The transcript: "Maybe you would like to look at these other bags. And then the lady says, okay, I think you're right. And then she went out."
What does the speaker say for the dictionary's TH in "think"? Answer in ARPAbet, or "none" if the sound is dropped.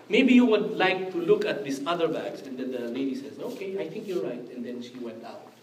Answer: T